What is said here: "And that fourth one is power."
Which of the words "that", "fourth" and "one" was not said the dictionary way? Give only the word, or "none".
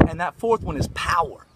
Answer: none